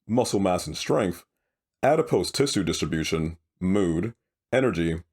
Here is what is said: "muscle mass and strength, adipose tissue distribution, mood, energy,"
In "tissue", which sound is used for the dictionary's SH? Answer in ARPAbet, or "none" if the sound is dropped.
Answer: S